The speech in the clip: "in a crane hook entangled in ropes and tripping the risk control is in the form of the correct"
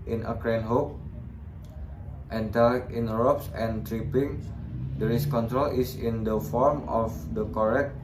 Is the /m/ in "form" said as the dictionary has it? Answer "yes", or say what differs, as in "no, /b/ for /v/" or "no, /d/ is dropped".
yes